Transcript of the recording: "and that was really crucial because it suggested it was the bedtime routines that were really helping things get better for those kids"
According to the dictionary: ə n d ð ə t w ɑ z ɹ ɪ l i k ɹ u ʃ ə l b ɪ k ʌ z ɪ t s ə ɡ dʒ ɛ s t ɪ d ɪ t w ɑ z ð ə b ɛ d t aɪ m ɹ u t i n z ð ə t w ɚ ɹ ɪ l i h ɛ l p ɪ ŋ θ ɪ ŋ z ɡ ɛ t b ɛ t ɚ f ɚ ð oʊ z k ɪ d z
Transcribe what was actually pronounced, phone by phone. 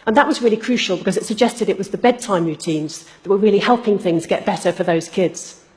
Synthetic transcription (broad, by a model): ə n ð ə t w ɑ z ɹ ɪ l i k ɹ u ʃ ə l b ɪ k ʌ z ɪ t s ə ɡ dʒ ɛ s t ɪ d ɪ t w ɑ z ð ə b ɛ d t aɪ m ɹ u t i n z ð ə t w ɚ ɹ ɪ l i h ɛ l p ɪ ŋ θ ɪ ŋ z ɡ ɛ t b ɛ t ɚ f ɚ ð oʊ z k ɪ d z